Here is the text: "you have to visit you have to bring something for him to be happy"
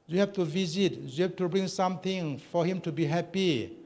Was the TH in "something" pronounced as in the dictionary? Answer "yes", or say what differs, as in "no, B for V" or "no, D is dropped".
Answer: no, T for TH